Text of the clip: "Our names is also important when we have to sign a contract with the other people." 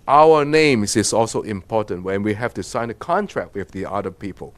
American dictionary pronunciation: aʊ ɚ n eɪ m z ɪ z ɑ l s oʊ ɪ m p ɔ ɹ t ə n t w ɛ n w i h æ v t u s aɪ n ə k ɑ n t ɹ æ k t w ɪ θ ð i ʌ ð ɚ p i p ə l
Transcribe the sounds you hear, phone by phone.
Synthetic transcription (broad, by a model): aʊ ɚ n eɪ m s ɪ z ɑ l s oʊ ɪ m p ɔ t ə n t w ɛ n w i h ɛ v t u s aɪ n ə k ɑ n t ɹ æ k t w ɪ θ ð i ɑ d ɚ p i p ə l